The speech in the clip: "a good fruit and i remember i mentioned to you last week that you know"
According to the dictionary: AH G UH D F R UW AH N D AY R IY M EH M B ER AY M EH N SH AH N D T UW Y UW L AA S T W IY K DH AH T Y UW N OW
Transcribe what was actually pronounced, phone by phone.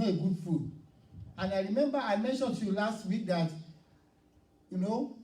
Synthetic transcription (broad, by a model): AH G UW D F UW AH N AY R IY M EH M B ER AY M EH N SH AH N T UW Y UW L AA S T W IY K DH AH T Y UW N OW